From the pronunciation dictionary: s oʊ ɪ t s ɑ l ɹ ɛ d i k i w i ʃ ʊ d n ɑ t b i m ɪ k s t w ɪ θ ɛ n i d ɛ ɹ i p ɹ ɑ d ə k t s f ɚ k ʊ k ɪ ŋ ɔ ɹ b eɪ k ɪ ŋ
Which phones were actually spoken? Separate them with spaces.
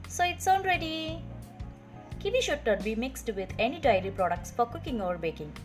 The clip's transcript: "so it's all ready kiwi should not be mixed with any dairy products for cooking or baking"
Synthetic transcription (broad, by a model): s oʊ ɪ t s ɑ n ɹ ɛ d i k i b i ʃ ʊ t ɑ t b i m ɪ k s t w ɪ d ɛ n i d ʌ ɹ i p ɹ ɑ d ə k t s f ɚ k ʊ k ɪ ŋ ɔ ɹ b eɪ k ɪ ŋ